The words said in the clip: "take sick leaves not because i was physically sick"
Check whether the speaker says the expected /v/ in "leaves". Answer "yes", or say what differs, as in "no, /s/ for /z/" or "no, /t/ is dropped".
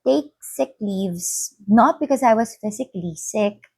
yes